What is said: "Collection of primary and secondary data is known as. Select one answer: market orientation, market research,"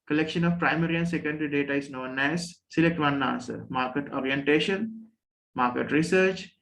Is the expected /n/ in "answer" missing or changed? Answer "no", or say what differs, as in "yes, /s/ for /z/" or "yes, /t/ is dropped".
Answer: yes, /n/ is dropped